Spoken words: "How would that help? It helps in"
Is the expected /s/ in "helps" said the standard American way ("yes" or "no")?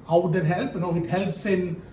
yes